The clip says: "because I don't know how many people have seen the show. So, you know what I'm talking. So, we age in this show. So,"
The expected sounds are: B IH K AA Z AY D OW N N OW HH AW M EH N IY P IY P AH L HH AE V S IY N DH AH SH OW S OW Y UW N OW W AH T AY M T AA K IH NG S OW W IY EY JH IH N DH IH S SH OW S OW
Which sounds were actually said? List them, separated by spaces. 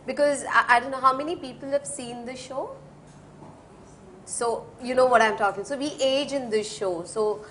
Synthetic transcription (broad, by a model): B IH K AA Z AY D OW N N OW HH AW M EH N IY P IY P AH L HH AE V S IY N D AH SH OW S OW Y UW N OW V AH T AY M T AA K IH NG S OW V IY EY JH IH N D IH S SH OW S OW